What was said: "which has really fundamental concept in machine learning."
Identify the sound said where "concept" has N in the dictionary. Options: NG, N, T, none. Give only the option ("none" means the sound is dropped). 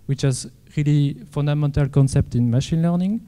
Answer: N